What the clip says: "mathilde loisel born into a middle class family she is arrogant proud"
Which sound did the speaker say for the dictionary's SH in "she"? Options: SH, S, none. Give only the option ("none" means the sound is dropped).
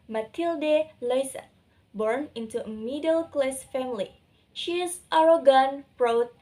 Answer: SH